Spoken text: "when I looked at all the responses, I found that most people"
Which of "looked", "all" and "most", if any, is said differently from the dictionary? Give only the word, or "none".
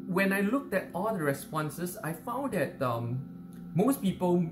none